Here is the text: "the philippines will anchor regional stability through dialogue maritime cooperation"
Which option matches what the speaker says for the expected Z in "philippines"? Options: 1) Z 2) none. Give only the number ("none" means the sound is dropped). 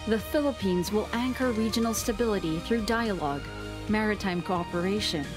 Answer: 1